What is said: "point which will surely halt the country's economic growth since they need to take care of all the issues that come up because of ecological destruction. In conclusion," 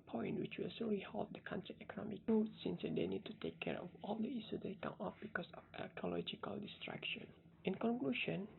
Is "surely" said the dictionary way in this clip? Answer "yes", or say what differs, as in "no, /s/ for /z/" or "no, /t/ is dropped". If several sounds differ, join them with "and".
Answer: no, /s/ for /ʃ/ and /l/ is dropped